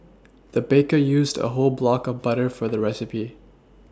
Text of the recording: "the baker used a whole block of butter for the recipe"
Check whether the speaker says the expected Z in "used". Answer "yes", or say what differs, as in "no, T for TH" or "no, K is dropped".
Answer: yes